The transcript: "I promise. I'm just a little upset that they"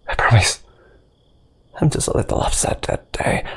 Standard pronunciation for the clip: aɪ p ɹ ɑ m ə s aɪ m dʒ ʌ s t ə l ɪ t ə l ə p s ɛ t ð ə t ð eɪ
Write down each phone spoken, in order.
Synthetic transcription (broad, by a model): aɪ p ɹ ɑ m ə s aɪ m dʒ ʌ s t ə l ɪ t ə l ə f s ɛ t ð ə t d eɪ